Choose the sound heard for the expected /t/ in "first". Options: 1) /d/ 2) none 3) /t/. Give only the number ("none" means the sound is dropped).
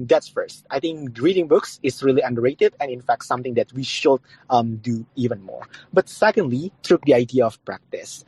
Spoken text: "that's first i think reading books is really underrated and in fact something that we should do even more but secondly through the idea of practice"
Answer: 3